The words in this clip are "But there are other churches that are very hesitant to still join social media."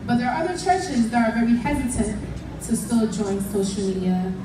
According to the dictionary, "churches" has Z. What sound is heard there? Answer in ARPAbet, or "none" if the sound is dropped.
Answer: Z